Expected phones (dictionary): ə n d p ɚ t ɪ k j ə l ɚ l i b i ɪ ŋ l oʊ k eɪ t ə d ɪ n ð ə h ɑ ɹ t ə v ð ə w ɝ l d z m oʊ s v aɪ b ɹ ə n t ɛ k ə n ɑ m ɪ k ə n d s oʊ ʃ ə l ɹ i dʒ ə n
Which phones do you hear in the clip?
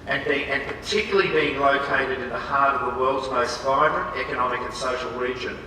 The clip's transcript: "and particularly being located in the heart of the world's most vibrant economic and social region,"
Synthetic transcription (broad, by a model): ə n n p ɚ t ɪ k j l l i b i ɪ ŋ l oʊ k eɪ t ə d ɪ n ð ə h ɑ ɹ t ə v ð ə w ɝ l d z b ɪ s v aɪ b ɹ ə n t ɛ k ə n ɑ m ɪ k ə n s oʊ ʃ l ɹ i dʒ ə n